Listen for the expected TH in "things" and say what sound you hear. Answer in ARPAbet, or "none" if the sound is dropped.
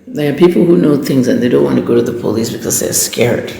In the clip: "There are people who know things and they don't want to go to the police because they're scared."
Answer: TH